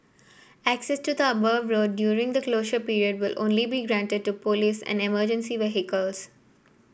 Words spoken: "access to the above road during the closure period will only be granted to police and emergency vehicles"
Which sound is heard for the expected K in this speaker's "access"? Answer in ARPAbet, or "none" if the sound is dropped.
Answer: K